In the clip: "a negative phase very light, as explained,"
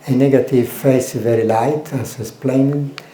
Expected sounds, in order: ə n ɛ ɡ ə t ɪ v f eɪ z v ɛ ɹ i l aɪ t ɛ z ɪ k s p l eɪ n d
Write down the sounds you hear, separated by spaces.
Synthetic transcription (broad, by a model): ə n ɛ ɡ ə t ɪ v f eɪ s v ɛ ɹ i l aɪ t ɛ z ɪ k s p l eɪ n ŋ